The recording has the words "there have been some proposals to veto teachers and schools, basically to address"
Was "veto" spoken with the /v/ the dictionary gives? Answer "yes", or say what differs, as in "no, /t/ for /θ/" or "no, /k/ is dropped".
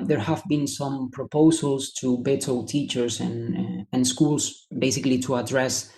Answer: no, /b/ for /v/